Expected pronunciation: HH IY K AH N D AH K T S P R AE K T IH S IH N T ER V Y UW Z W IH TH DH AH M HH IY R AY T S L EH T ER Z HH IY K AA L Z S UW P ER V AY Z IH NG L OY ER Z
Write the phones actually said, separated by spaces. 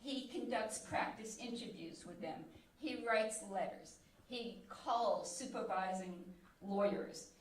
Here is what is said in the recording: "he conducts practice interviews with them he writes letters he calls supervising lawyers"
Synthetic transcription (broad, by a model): HH IY K AH N D AH K T S P R AE K T IH S IH N T ER V Y UW Z W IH DH AH M IY R AY T S L EH T ER Z HH IY K AA L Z S UW P ER V AY Z IH NG L OY ER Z